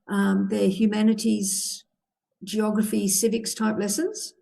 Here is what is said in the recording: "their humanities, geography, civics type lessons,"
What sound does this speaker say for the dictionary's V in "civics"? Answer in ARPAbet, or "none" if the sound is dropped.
V